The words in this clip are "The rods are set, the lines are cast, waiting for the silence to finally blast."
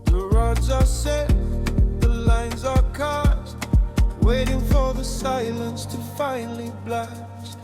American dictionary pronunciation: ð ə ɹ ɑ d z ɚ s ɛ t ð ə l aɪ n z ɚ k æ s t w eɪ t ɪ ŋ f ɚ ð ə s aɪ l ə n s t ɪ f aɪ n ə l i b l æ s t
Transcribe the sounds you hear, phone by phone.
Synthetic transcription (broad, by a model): ð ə ɹ ɑ d z ɚ s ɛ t ð ə l aɪ n z ɚ k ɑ t w eɪ t ɪ ŋ f ɚ ð ə s aɪ l ə n s t ɪ f aɪ n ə l i b l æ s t